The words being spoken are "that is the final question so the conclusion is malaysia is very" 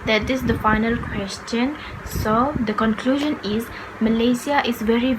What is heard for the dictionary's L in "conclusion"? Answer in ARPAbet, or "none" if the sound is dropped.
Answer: L